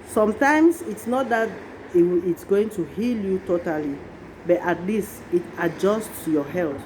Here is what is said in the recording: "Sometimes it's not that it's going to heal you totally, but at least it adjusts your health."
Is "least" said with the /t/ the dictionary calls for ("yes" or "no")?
no